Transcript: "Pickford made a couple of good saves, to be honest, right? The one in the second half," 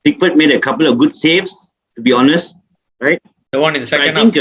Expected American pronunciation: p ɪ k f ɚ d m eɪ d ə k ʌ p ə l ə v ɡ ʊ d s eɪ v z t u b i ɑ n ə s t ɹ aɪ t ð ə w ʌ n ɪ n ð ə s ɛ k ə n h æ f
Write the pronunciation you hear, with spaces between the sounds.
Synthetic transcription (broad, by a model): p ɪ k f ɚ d m eɪ d ə k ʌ p ə l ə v ɡ ʊ d s eɪ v s t u b i ɑ n ə s t ɹ aɪ t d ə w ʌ n ɪ n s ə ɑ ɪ ə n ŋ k